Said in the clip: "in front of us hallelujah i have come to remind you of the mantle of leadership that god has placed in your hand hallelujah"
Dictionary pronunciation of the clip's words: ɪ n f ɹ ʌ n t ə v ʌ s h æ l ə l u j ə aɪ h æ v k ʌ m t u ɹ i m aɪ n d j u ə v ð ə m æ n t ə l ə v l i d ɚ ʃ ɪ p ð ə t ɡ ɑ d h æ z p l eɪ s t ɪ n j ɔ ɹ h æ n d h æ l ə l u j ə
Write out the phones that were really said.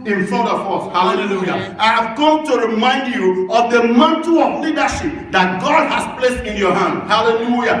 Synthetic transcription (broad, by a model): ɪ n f ʌ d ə f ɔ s h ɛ l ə l u j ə aɪ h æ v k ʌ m t u ɹ i m aɪ n d j u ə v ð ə m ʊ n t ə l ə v l i d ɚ ʃ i p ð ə t ɡ ɑ d h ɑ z p l eɪ s t ɪ n j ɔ h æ n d h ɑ l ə l u j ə